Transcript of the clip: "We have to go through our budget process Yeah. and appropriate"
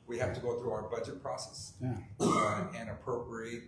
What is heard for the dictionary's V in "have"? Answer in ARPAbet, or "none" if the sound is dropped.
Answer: F